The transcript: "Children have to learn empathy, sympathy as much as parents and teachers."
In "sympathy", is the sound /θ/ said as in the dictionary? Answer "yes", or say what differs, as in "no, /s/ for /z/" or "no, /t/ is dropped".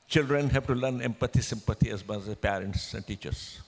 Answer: no, /t/ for /θ/